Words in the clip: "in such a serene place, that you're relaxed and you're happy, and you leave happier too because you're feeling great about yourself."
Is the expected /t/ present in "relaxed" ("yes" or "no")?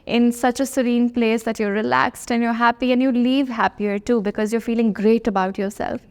yes